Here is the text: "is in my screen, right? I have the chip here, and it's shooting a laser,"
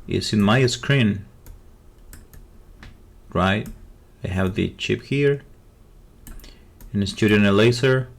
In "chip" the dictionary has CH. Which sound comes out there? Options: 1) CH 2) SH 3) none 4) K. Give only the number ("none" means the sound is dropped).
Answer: 1